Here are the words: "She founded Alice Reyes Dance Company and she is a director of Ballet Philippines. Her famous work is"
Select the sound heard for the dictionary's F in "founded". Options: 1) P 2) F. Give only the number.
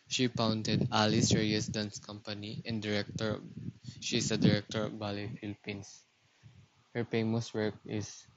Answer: 1